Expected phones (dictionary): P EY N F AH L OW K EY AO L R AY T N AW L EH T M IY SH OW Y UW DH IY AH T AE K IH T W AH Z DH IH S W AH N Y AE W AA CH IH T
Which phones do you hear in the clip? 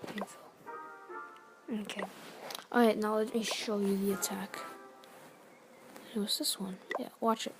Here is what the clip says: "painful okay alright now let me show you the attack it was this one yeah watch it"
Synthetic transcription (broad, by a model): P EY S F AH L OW K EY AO R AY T N AW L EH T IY SH OW Y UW DH IY AH T AE K IH T W AH Z DH IH S W AH N Y AE W AA CH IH T